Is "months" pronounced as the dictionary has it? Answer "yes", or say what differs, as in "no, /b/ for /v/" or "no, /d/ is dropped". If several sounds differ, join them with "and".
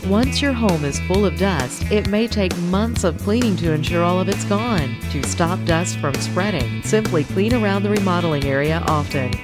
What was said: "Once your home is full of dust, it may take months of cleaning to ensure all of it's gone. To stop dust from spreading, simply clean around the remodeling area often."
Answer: yes